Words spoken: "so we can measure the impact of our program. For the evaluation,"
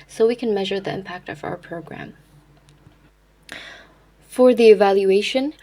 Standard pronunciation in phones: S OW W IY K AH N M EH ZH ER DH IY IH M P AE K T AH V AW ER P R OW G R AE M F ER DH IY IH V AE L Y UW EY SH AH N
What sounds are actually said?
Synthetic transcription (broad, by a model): S OW W IY K AH N M EH ZH ER DH IY IH M P AE K T AH V AW ER P R OW G R AE M F ER DH IY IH V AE L Y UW EY SH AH N